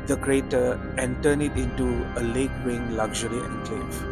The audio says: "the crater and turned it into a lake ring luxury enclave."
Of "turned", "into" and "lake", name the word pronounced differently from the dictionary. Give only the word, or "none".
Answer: turned